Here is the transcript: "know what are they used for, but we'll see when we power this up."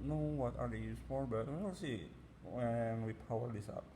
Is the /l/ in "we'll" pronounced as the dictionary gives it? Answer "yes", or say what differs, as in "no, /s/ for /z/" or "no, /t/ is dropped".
no, /n/ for /l/